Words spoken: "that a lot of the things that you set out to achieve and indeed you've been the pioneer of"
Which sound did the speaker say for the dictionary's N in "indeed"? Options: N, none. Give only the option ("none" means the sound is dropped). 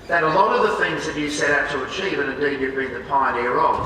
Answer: none